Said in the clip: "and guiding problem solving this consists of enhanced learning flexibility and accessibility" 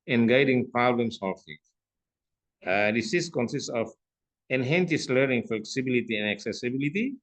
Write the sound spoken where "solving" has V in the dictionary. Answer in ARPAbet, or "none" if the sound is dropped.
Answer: F